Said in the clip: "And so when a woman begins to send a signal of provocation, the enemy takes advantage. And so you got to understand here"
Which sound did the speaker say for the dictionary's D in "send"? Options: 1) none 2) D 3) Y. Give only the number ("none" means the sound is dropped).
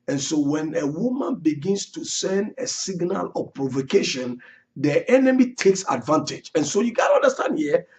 2